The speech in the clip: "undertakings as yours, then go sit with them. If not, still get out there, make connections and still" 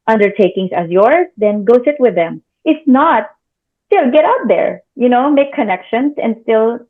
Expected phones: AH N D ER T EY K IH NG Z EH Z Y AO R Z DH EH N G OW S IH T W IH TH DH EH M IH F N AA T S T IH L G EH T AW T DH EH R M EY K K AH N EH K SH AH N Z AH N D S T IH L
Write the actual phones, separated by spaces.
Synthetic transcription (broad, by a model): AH N D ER T EY K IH NG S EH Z Y AO R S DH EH N G OW S IH T W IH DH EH M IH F N AA T S T IH L G EH T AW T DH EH R M EY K K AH N EH K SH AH N S AH N D S T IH L